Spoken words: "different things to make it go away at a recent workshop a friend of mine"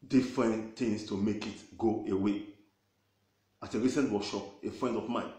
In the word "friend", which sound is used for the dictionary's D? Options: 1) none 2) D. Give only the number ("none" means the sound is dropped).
2